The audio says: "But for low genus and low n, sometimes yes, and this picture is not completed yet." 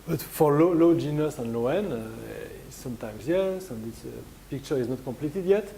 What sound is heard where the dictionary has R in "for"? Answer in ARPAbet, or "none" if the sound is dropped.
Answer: L